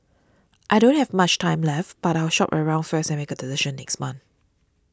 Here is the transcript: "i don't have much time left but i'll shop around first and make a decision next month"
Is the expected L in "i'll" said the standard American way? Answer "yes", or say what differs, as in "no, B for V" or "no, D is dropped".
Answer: no, W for L